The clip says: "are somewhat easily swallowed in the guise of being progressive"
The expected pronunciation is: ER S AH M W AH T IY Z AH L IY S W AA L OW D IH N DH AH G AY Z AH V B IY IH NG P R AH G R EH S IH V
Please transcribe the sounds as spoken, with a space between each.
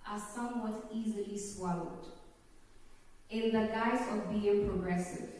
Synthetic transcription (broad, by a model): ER S AH M W AH T IY Z AH L IY S W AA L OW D IH N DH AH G AY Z AH V B IY IH NG P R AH G R EH S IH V